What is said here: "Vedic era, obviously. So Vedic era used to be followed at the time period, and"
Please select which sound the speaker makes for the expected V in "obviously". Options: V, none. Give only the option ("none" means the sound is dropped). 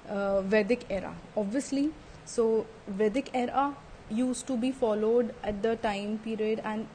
V